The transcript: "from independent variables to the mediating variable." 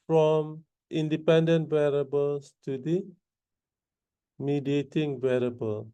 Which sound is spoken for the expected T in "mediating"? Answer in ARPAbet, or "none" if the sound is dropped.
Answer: T